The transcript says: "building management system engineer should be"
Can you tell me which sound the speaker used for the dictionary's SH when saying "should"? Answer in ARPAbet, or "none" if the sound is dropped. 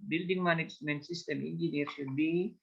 SH